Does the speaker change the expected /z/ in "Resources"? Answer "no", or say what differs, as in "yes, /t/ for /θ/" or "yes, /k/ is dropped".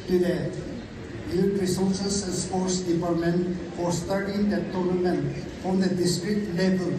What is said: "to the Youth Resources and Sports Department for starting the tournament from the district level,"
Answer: yes, /s/ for /z/